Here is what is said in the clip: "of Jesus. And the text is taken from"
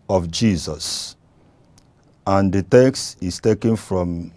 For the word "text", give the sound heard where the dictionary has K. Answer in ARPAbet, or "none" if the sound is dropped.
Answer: K